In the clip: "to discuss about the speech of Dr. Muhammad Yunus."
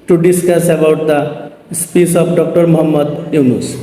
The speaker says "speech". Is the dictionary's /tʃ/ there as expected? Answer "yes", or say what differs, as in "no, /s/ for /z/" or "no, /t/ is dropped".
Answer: no, /s/ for /tʃ/